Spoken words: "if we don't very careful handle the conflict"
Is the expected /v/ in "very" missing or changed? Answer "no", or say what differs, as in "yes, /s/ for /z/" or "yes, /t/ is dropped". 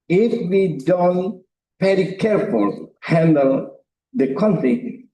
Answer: yes, /p/ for /v/